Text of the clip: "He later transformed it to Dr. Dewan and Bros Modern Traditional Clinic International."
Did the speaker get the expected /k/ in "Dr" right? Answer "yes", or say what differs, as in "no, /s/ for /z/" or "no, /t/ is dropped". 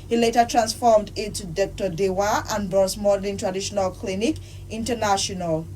yes